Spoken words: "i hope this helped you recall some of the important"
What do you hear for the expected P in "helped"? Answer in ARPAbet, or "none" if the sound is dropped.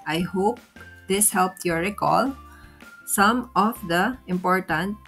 P